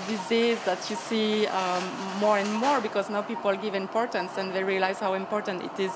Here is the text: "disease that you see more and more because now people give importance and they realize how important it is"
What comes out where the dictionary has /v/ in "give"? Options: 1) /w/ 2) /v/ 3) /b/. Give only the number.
2